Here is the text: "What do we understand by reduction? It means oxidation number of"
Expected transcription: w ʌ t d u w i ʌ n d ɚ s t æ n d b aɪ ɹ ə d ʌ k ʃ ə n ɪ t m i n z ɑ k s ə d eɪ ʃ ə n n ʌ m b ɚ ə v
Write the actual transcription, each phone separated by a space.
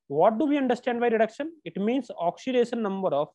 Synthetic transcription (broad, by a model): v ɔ t d u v i ʌ n d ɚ s t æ n d b aɪ ɹ ə d ʌ k ʃ ə n ɪ t m i n s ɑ k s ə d eɪ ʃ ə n n ʌ m b ɚ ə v